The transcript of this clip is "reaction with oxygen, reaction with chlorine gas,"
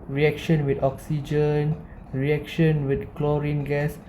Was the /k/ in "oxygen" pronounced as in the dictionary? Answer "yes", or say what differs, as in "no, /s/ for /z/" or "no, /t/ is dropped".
yes